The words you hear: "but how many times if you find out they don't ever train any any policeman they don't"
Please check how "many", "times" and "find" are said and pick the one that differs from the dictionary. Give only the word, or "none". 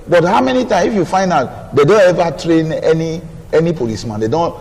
times